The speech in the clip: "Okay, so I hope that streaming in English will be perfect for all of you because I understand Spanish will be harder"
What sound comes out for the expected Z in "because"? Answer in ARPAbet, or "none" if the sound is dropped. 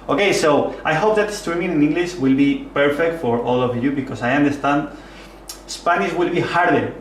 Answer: S